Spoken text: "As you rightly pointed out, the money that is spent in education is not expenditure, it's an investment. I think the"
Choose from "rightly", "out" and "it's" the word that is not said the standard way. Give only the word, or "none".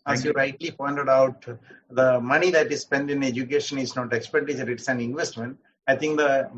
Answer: none